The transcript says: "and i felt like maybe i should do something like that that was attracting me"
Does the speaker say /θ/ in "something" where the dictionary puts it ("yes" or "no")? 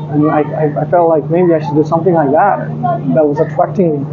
yes